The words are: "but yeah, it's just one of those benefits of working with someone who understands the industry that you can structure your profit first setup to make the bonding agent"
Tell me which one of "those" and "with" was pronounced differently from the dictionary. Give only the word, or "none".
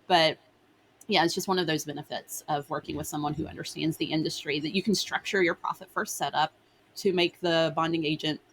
none